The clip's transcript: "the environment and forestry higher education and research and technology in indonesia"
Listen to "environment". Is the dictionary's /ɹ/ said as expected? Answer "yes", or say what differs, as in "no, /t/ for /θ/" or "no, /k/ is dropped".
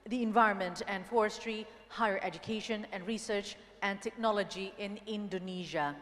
yes